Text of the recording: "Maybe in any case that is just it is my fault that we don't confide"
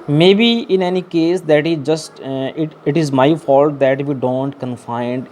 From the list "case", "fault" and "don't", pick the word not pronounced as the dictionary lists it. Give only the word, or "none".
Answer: none